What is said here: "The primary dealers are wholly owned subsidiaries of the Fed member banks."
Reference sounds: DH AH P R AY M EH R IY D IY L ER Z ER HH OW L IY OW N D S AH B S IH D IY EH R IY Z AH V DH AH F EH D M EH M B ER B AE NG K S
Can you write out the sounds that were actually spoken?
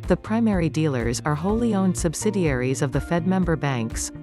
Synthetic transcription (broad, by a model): DH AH P R AY M EH R IY D IY L ER Z ER HH OW L IY OW N D S AH B S IH D IY EH R IY Z AH V DH AH F EH D M EH M B ER B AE NG K S